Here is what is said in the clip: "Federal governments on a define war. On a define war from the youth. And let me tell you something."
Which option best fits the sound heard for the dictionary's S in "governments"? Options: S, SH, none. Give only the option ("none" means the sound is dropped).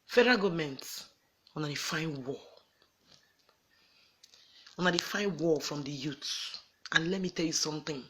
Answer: none